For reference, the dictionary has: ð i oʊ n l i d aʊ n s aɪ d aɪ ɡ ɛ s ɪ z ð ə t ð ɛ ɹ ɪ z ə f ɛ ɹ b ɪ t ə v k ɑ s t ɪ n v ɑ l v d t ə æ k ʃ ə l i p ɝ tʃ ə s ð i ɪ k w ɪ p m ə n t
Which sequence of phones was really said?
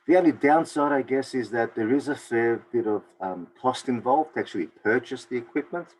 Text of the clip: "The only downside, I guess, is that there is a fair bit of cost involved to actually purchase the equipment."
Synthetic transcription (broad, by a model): ð i oʊ n l i d aʊ n s aɪ d aɪ ɡ ɛ s ɪ z ð ə t ð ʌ ɹ ɪ z ə f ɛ ɹ b ɪ t ə v k ɑ s t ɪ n v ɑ l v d t ə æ k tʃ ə l i p ɝ tʃ ə s ð i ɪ k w ɪ p m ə n t